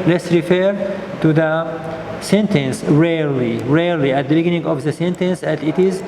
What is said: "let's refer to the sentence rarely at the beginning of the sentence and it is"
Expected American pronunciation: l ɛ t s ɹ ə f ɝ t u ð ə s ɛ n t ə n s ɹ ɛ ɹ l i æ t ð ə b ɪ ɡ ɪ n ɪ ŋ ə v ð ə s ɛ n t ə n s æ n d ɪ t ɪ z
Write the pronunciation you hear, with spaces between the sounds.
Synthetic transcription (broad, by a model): l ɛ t s ɹ ə f ɝ t u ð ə s ɛ n t ə n s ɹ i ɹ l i æ t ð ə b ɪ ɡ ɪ n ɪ ŋ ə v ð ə s ɛ n t ə n s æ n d ɪ t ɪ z